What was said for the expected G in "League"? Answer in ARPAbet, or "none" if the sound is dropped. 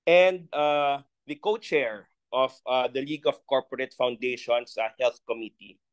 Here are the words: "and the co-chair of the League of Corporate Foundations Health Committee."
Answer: G